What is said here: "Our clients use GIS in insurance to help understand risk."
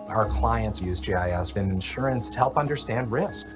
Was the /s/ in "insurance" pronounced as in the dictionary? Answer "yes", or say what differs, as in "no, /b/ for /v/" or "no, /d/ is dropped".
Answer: yes